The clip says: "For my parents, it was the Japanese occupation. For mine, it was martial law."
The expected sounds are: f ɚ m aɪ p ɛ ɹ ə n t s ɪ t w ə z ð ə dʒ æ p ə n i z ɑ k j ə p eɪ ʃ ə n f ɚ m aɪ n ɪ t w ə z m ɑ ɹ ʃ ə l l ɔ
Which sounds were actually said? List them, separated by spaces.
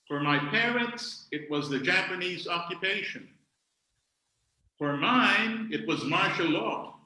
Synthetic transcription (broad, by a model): f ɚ m aɪ p ɛ ɹ ə n t s ɪ t w ə z ð ə dʒ æ p ə n i z ɑ k j ə p eɪ ʃ ə n f ɚ m aɪ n ɪ t w ə z m ɑ ɹ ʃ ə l l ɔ